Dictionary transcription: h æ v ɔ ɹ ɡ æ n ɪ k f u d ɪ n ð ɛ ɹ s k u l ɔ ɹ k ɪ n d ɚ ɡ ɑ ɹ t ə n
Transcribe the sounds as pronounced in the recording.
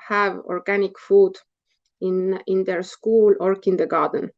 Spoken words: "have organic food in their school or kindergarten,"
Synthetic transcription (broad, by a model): h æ v ɔ ɹ ɡ æ n ɪ k f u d ɪ n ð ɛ ɹ s k u l ɔ ɹ k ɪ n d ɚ ɡ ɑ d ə n